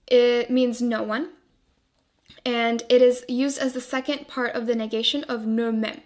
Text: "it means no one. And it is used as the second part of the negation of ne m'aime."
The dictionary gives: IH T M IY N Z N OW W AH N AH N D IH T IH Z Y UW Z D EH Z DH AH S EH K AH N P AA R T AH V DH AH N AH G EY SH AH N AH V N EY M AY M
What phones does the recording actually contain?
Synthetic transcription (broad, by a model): IH T M IY N Z N OW W AH N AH N IH T IH Z Y UW Z D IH Z DH AH S EH K AH N P AA R T AH V DH AH N AH G EY SH AH N AH V N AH M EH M